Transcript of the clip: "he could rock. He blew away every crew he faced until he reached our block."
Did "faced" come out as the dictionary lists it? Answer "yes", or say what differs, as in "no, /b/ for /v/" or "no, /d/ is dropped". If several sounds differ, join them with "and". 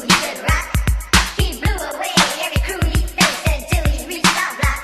no, /t/ is dropped